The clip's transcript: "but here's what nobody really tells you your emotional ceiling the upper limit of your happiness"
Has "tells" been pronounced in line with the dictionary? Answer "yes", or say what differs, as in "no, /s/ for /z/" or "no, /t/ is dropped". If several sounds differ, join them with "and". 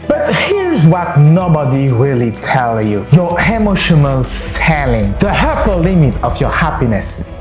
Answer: no, /z/ is dropped